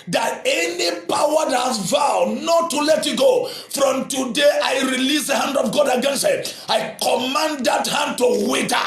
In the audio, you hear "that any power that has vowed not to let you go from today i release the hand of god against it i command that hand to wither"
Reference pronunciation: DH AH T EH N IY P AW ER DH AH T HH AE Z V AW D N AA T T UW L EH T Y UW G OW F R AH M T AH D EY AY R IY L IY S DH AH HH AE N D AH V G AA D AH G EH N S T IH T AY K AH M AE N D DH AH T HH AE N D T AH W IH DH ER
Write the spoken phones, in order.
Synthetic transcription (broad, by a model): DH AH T EH N IY P AW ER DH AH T HH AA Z V AW D N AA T T UW L EH T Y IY G OW F R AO M T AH D EY AY R IY L IY S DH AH HH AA N D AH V G AA D AH G EH N S T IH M AY K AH M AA N D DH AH T HH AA N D T AH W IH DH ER